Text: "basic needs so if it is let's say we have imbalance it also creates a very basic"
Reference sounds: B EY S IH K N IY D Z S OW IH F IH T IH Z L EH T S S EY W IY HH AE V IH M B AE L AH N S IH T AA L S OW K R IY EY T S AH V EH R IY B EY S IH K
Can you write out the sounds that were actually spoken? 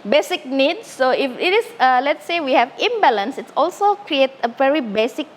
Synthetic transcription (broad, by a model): B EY S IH K N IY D S OW IH F IH T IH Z L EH T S S EY W IY HH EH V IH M B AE L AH N S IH T AA L S OW K R IY EY T AH V EH R IY B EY S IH K